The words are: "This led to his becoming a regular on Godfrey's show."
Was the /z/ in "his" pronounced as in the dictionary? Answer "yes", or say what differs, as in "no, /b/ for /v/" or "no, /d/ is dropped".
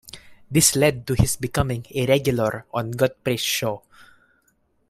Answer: no, /s/ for /z/